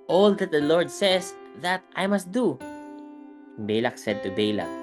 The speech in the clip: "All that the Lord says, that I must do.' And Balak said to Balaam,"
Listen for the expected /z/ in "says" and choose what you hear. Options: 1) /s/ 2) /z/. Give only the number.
1